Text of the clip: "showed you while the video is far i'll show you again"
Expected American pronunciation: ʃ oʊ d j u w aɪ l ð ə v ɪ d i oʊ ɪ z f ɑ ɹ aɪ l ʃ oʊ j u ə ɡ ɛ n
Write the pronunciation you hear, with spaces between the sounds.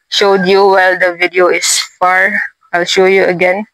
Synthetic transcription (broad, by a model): ʃ oʊ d j u w aɪ l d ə v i d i oʊ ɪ s f ɑ ɹ aɪ l ʃ oʊ j u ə ɡ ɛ n